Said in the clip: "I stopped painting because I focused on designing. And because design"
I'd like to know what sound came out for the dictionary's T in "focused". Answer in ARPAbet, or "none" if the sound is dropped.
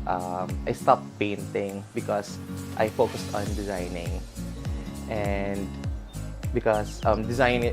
T